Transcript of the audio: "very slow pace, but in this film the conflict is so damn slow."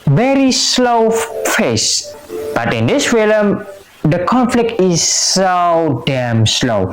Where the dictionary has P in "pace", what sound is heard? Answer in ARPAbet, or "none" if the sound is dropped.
F